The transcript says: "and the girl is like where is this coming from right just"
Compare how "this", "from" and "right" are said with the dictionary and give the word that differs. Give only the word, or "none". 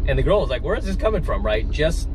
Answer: none